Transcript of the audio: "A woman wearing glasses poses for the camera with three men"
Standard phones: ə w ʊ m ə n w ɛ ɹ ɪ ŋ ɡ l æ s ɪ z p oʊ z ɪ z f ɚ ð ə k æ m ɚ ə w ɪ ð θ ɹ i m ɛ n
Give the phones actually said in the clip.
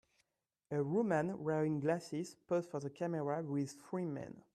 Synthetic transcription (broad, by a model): ə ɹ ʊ m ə n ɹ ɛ ɪ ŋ ɡ l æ s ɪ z p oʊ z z f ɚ ð ə k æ m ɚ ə w ɪ ð f ɹ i m ɛ n